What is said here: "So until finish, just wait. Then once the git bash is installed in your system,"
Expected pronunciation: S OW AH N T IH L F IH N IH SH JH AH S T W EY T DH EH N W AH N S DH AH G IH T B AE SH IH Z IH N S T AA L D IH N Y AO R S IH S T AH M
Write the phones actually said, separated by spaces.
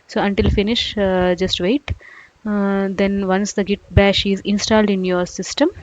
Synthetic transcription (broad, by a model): S OW AH N T IH L F IH N IH SH JH AH S T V EY T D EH N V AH N S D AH G IH T B AE SH IH Z IH N S T AA L D IH N Y AO R S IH S T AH M